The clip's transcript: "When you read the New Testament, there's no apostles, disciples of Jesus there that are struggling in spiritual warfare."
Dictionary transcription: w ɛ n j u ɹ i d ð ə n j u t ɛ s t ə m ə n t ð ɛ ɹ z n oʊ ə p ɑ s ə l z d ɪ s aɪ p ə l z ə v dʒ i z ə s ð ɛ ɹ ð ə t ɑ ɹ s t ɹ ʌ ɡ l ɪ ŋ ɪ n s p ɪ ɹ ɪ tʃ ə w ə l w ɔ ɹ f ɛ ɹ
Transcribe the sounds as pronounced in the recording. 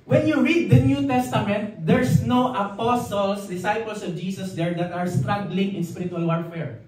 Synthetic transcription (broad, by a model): w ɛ n j u ɹ i d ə n j u t ɛ s t ə m ə n t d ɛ ɹ s n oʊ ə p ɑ s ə l s d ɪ s aɪ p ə l s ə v dʒ i s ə s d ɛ ɹ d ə t ɑ ɹ s t ɹ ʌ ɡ l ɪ ŋ ɪ n s p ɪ ɹ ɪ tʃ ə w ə l w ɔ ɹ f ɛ ɹ